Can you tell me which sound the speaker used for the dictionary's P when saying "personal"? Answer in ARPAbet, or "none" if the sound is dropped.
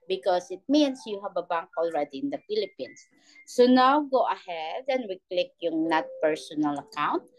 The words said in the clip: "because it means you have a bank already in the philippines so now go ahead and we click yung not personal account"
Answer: P